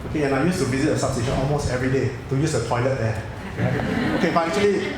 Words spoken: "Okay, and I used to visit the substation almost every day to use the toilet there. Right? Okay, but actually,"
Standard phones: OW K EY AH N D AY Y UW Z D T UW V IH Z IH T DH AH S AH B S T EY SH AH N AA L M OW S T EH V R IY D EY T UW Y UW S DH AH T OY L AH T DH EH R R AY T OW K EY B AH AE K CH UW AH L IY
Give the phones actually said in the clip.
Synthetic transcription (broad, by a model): OW K EY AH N AY Y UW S T UW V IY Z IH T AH S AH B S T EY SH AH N AA L M OW S T EH V R IY D EY T UW Y UW S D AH T OY L AH T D EH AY OW K EY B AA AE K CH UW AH L IY